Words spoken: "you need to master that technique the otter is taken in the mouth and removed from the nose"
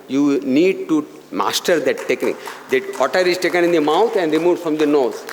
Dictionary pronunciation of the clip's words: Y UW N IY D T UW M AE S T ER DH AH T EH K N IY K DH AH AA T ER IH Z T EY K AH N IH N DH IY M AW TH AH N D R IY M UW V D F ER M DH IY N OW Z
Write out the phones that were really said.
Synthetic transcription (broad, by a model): Y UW N IY D T UW M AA S T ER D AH T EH K N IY K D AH AA T ER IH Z T EY K AH N IH N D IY M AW T AH N D R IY M UW F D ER M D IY N OW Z